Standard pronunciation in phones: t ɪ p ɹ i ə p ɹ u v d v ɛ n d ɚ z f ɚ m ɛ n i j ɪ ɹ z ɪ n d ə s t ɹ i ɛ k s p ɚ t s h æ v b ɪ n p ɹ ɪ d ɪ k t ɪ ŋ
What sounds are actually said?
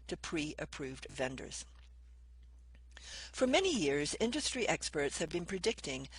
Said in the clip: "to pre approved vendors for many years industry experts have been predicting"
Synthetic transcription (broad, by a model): t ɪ p ɹ i ə p ɹ u v d v ɛ n d ɚ z f ɚ m ɛ n i j ɪ ɹ z ɪ n d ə s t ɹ i ɛ k s p ɚ t s h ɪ v b ɪ n p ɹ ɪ d ɪ k t ɪ ŋ